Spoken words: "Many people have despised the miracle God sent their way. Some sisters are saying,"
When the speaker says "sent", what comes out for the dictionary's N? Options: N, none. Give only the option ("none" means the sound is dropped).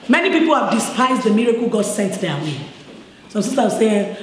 N